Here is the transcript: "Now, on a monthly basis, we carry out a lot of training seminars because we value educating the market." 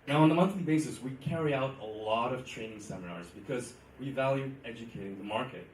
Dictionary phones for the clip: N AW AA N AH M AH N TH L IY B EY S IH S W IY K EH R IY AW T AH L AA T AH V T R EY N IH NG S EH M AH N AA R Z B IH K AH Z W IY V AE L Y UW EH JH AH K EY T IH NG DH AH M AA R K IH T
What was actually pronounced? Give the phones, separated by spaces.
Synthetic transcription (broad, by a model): N AW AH N AH M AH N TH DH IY B EY S IH S W IY K EH R IY AW T AH L AA T AH V T R EY N IH NG S EH M AH N AA R Z B IH K AH Z W IY V AE L Y UW EH JH AH K EY T IH NG DH AH M AA R K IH T